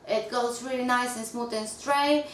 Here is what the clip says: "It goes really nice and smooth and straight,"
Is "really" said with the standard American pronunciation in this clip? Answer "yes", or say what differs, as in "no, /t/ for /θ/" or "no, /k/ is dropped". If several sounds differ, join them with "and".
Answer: yes